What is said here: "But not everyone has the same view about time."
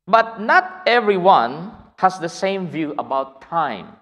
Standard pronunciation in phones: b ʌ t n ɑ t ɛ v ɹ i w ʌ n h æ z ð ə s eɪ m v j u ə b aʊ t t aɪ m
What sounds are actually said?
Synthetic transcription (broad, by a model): b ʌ t n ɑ t ɛ v ɹ i w ʌ n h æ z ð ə s eɪ m v j u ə b aʊ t t aɪ m